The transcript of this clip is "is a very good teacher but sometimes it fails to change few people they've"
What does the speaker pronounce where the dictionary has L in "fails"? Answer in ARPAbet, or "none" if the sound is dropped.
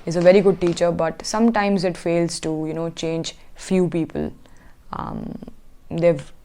L